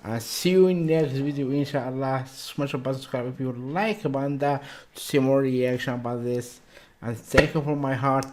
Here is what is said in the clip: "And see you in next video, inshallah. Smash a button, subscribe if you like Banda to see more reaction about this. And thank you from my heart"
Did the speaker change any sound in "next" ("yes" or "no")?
no